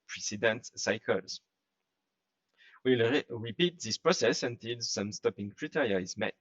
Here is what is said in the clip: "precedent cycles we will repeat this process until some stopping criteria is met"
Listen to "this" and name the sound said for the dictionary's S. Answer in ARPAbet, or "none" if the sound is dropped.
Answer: S